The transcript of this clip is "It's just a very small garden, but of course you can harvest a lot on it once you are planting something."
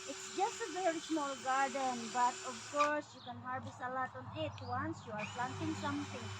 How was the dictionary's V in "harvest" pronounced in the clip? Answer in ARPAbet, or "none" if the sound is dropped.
B